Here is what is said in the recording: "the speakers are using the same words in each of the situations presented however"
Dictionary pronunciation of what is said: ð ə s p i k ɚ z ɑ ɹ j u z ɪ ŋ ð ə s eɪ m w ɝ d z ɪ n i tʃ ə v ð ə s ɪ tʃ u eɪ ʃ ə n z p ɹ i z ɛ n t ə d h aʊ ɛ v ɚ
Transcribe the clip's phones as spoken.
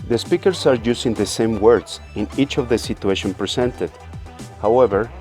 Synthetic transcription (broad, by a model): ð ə s p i k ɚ s ɑ ɹ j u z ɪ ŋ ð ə s eɪ m w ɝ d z ɪ n i tʃ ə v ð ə s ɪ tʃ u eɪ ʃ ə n p ɹ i s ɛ n t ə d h aʊ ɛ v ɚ